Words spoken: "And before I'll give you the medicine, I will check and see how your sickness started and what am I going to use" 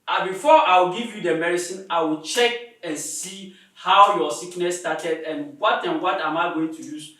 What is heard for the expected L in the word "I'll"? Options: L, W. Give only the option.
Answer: W